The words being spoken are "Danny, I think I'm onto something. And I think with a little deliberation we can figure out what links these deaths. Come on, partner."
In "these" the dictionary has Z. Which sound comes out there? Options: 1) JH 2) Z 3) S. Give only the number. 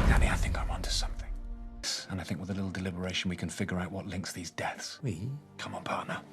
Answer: 2